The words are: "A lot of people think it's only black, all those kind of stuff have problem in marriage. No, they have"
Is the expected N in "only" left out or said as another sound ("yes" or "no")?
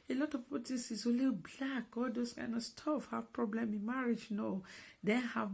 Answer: yes